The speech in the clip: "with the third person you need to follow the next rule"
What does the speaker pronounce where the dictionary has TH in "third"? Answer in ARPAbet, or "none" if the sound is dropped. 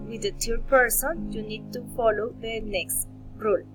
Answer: T